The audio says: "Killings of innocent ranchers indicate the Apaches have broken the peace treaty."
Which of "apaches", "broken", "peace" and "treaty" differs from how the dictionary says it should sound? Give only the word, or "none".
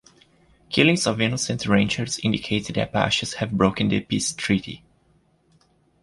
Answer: apaches